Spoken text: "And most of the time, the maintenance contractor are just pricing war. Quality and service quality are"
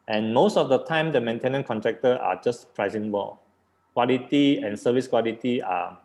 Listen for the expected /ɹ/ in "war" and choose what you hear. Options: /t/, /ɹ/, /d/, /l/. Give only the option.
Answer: /l/